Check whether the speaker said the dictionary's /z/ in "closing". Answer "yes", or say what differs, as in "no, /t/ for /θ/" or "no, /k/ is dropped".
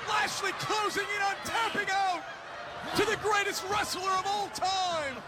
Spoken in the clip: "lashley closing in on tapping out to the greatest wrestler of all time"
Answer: yes